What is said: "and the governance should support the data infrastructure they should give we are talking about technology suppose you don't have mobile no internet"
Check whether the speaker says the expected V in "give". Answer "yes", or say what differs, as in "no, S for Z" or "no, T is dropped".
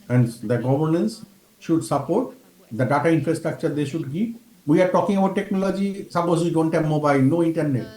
no, P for V